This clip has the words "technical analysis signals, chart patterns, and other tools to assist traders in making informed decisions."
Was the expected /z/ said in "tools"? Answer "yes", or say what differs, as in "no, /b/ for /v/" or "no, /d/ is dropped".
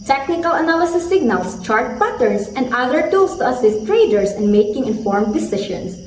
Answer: no, /s/ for /z/